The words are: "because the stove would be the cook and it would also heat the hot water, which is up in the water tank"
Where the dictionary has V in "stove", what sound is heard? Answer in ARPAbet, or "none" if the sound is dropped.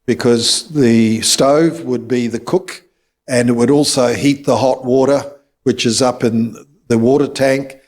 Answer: V